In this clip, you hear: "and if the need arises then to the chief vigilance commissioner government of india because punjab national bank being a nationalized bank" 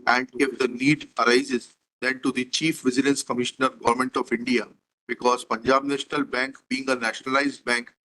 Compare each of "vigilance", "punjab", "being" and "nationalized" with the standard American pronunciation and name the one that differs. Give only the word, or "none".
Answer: vigilance